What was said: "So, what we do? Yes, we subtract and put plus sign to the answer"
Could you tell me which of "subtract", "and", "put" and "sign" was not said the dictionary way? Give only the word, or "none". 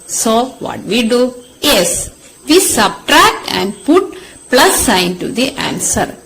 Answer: none